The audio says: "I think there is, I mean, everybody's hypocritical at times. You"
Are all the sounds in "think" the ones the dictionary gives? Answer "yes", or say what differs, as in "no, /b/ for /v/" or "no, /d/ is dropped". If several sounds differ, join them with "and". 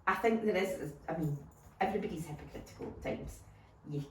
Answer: yes